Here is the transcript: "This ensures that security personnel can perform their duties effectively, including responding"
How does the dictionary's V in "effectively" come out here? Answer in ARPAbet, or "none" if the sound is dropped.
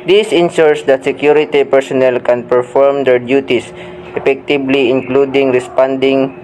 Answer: B